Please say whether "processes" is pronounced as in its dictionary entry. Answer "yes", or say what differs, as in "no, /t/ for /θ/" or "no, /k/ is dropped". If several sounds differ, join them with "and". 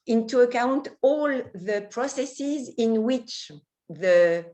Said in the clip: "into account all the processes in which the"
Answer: yes